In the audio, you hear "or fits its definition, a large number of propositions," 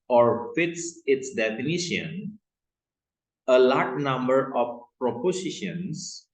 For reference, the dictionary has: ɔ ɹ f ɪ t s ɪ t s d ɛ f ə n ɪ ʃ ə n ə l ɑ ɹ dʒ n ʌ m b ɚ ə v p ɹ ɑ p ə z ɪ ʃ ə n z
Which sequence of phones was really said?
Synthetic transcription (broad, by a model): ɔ ɹ f ɪ t s ɪ t s d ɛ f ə n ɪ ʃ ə n ə l ɑ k n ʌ m b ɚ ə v p ɹ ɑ p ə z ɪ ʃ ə n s